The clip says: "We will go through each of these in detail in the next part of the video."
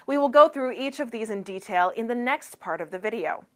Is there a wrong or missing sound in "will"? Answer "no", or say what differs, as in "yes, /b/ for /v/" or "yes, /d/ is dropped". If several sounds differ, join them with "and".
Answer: no